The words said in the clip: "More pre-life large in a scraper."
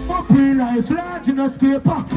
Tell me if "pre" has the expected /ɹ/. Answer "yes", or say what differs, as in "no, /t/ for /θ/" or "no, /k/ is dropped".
no, /ɹ/ is dropped